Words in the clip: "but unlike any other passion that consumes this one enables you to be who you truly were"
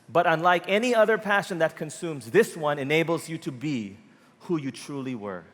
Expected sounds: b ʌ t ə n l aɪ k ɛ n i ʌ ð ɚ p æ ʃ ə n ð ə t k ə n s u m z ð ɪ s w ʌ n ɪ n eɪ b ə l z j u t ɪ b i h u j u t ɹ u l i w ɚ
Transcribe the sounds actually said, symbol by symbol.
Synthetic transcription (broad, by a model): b ʌ t ə n l aɪ k ɛ n i ʌ ð ɚ p æ ʃ ə n ð ə t k ə n s u m z ð ɪ s w ʌ n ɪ n eɪ b l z j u t ɪ b i h u j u t ɹ u l i w ɚ